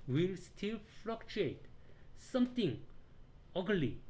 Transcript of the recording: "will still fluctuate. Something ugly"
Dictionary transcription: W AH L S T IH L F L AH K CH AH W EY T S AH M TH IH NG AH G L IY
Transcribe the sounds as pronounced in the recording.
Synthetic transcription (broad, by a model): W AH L S T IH L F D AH K CH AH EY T S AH M T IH NG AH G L IY